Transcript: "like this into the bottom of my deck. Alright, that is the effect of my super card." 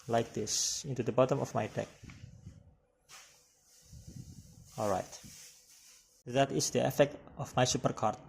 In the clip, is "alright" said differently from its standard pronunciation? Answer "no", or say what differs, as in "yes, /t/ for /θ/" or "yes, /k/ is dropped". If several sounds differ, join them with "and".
no